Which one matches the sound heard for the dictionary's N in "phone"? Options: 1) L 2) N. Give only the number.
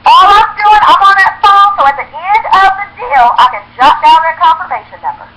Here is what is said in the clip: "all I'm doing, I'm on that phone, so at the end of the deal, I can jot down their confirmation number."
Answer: 1